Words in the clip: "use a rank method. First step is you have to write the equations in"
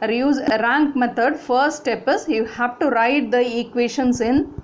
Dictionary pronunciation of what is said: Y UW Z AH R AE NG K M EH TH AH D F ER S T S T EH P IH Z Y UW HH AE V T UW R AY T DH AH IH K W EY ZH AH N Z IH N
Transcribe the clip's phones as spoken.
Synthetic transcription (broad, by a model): Y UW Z R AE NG K M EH T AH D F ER T S T EH P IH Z Y UW HH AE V T UW R AY T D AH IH K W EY SH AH N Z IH N